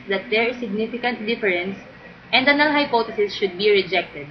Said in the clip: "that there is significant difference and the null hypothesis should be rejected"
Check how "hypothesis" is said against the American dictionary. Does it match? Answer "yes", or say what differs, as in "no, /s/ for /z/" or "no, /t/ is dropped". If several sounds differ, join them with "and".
no, /t/ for /θ/